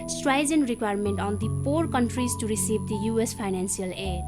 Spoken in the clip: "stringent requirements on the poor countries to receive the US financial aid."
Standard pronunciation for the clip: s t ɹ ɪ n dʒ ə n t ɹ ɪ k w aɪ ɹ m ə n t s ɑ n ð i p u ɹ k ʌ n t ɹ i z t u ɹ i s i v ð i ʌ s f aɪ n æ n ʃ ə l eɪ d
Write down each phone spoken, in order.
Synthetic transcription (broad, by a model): s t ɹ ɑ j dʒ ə n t ɹ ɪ k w aɪ ɹ m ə n t ɑ n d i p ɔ ɹ k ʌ n t ɹ i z t u ɹ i s i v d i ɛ s p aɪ n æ n s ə l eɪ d